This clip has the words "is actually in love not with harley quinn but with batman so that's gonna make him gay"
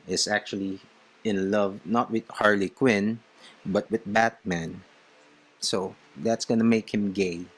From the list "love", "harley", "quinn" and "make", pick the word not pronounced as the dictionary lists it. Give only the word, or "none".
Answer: none